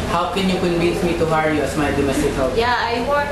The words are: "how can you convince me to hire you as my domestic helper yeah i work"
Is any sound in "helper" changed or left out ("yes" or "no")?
yes